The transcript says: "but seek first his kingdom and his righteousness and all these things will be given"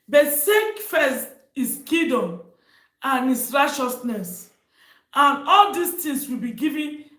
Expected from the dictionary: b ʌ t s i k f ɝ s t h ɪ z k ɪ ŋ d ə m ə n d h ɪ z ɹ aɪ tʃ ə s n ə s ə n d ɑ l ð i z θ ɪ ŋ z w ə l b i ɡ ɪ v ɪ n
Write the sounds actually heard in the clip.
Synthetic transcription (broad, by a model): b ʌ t s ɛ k f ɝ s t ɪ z k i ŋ d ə m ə n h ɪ s ɹ aɪ tʃ ə s n ə s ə n ɑ l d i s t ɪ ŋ s w ə l b i ɡ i v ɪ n